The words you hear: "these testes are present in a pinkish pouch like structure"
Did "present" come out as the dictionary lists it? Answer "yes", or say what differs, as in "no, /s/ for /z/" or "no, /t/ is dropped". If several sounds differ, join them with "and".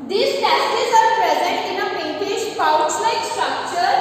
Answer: yes